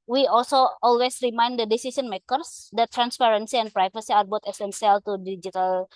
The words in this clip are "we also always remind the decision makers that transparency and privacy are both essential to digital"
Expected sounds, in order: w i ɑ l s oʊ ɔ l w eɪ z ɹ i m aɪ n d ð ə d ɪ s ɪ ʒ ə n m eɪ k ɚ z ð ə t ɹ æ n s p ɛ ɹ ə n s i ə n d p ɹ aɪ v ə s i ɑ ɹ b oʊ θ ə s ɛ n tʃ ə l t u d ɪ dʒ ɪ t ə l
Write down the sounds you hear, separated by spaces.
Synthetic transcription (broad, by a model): w i ɑ l s oʊ ɔ l w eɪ s ɹ i m aɪ n d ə d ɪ s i s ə n m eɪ k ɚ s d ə t ɹ æ n s p ɛ ɹ ə n s i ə n p ɹ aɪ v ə s i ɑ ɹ b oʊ t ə s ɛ n s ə l t u d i dʒ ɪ t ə l